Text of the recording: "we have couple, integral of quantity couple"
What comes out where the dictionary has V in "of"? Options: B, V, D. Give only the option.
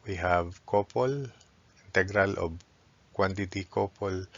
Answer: B